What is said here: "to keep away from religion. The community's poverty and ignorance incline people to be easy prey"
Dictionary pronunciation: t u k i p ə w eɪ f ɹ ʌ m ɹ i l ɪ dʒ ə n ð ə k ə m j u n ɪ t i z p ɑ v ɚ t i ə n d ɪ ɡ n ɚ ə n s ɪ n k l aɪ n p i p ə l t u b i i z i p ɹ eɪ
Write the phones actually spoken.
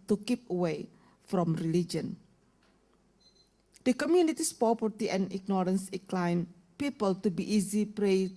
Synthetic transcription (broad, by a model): t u k i p ə w eɪ f ɹ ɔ m ɹ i l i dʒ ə n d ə k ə m j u n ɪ t i s p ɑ p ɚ t i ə n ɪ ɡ n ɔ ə n s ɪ k l aɪ n p i p ə l t u b i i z i p ɹ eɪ